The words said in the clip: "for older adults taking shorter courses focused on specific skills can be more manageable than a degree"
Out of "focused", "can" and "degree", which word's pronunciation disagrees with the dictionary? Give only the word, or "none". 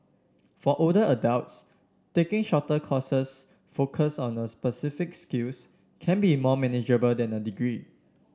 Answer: focused